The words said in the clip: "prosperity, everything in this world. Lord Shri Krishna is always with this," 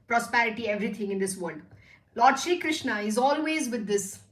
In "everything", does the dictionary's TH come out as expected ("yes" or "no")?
no